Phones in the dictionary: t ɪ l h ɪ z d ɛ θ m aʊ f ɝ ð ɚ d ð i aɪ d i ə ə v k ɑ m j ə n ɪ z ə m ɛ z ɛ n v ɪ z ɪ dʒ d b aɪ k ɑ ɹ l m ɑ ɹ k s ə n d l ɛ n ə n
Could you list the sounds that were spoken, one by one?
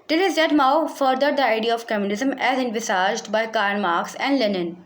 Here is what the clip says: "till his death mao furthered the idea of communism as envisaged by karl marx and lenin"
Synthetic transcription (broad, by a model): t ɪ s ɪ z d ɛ t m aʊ f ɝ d ɚ d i aɪ d i ə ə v k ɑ m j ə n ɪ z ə m ɛ z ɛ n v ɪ s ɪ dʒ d b aɪ k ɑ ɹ n m ɑ ɹ k s ə n d l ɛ n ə n